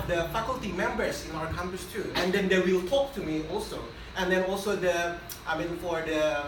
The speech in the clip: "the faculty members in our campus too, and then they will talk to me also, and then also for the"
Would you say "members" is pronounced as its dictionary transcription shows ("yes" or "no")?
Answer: no